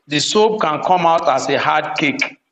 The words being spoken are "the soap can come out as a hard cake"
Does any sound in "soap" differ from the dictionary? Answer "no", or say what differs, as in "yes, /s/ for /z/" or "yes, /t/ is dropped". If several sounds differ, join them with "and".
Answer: yes, /b/ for /p/